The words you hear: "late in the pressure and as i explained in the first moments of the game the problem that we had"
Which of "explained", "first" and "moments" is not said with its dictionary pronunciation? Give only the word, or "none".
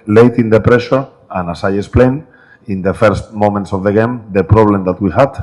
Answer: explained